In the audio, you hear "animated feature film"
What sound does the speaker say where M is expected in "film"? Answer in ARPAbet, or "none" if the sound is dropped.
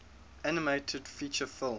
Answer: none